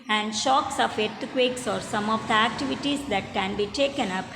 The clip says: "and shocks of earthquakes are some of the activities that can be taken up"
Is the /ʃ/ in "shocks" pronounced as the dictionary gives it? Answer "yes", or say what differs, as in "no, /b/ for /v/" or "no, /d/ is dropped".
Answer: yes